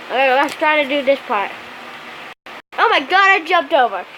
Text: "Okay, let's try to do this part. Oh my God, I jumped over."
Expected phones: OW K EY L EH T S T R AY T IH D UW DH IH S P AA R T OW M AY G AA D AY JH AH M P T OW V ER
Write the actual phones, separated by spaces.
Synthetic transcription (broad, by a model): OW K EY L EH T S T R AY T IH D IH DH IH S P AA R T OW M AY G AA D AY JH AH M P T OW V ER